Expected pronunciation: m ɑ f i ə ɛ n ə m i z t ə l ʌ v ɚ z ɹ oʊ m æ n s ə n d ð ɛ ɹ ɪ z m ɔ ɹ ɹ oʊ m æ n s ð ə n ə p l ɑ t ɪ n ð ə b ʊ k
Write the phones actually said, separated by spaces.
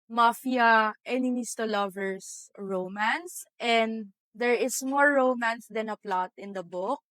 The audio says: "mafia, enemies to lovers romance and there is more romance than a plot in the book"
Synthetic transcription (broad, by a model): m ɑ f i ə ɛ n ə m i s t ə l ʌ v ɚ s ɹ oʊ m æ n s ə n d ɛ ɹ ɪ s m ɔ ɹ ɹ oʊ m æ n s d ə n ə p l ɑ t ɪ n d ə b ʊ k